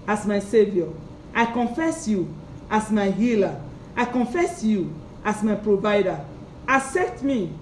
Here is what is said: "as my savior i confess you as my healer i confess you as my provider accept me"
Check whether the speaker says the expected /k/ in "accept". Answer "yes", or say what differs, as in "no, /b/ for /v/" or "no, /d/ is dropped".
no, /k/ is dropped